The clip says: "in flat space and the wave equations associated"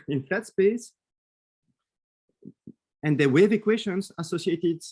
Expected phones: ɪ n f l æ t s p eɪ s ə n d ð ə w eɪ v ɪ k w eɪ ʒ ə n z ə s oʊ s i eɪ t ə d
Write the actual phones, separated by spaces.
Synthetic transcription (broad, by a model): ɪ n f æ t s p eɪ s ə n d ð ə w eɪ v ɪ k w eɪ ʃ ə n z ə s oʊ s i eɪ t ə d